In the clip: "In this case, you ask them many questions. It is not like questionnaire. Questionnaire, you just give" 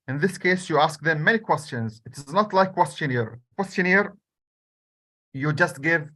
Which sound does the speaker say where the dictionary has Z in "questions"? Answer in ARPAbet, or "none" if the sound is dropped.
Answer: Z